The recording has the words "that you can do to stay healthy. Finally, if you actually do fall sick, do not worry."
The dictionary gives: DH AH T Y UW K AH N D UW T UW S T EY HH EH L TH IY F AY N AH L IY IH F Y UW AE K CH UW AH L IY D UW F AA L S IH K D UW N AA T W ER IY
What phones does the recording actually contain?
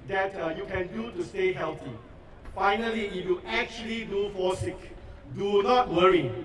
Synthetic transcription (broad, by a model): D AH T Y UW K AH N D UW T UW S T EY HH EH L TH IY F AY N AH L IY IH F Y UW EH K CH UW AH L IY D UW F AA S IH K D UW N AA T W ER IY